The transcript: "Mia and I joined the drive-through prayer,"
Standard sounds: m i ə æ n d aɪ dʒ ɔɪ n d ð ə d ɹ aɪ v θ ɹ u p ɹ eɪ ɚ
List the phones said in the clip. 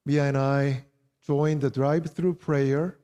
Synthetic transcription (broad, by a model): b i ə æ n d aɪ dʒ ɔɪ n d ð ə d ɹ aɪ b θ ɹ u p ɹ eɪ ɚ